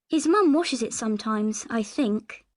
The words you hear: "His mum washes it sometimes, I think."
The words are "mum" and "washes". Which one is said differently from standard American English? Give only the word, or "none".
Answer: none